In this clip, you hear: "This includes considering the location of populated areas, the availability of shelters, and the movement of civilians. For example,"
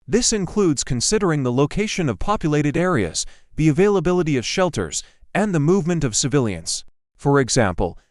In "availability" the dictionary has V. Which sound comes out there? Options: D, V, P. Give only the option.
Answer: V